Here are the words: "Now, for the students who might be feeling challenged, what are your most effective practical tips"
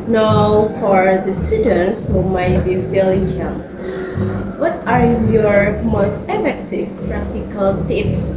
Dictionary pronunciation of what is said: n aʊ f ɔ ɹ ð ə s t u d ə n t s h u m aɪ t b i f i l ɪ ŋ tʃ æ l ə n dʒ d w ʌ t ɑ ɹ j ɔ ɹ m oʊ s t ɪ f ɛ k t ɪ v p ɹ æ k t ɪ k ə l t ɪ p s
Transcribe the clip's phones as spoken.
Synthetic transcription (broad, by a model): n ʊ f ɔ ɹ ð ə s t u d ə n t s h u m aɪ t b i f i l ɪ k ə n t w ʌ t ɑ ɹ j ɔ ɹ m oʊ s t ɪ f ɛ k t ɪ v p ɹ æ k t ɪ k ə l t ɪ p s